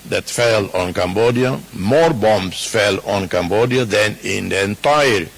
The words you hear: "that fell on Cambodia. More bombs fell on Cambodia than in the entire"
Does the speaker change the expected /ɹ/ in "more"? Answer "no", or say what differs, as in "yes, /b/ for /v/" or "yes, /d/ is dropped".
no